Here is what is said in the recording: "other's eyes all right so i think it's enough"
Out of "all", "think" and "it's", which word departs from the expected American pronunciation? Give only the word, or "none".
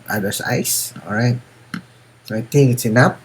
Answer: think